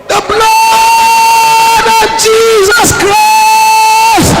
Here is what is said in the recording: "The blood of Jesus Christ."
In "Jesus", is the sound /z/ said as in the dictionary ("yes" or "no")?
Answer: yes